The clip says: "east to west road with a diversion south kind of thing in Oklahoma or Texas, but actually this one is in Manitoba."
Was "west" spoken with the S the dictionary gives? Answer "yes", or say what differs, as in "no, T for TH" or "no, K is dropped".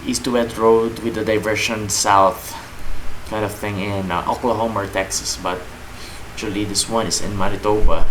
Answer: no, S is dropped